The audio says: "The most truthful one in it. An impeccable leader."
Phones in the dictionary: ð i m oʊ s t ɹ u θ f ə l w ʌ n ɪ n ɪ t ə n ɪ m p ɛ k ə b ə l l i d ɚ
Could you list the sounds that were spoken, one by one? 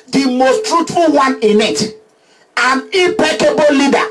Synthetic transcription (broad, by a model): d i m oʊ s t ɹ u t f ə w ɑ n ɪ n ɪ t ə n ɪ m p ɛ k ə b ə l l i d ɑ